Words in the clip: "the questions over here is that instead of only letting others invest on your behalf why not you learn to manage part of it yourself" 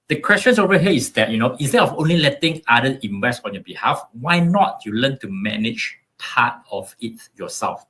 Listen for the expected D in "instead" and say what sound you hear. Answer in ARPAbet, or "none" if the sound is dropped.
none